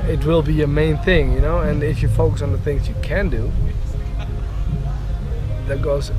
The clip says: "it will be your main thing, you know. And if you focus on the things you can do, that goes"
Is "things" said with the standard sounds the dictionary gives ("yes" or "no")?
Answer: yes